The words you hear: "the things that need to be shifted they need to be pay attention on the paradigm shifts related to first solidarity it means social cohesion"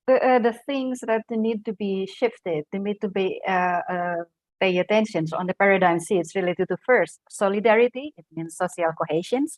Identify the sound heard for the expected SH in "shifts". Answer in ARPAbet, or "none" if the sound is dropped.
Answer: S